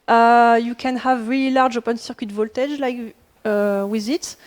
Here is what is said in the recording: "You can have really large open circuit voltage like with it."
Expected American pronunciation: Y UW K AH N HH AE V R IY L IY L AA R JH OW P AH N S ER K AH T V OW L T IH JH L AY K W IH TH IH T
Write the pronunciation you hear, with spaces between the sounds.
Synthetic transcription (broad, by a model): Y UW K AH N HH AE V R IY L IY L AA R JH OW P AH N S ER K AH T V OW L T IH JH L AY K W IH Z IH T